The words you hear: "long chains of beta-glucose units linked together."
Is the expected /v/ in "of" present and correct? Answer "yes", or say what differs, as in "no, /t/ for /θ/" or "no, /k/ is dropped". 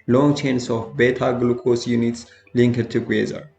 no, /f/ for /v/